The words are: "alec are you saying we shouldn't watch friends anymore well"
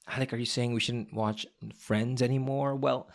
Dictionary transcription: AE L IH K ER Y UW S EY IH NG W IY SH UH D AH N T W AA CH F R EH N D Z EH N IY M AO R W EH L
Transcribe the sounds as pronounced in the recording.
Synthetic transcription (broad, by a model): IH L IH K ER Y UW S EY IH NG W IY SH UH D N T W AA CH F R EH N D Z EH N IY M AO R W EH L